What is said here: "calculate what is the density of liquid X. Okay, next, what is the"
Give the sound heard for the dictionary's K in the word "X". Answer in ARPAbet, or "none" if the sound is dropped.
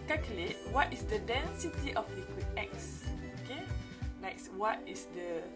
K